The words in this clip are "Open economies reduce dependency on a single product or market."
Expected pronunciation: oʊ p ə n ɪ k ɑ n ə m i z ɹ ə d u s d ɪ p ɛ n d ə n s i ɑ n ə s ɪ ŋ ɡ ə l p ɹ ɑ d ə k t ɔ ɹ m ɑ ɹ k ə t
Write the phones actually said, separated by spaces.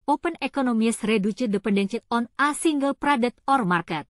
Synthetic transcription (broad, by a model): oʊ p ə n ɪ k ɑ n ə m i s ɹ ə d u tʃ d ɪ p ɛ n d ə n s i ɑ n ə s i ŋ ɡ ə l p ɹ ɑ d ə t ɔ ɹ m ɑ ɹ k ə t